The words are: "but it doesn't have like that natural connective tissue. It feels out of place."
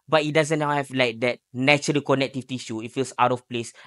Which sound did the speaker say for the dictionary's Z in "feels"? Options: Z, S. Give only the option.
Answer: S